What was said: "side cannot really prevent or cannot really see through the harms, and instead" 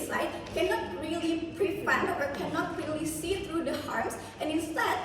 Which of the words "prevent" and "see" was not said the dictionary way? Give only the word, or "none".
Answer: prevent